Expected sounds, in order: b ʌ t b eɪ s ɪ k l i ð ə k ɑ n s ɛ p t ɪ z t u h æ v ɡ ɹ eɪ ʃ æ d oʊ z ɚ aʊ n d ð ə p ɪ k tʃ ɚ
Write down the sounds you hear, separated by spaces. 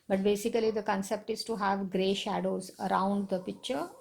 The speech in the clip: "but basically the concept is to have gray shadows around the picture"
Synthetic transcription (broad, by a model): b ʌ t b eɪ s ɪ k l i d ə k ɑ n s ɛ p t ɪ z t u h æ v ɡ ɹ eɪ ʃ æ d oʊ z ɚ aʊ n d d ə p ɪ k tʃ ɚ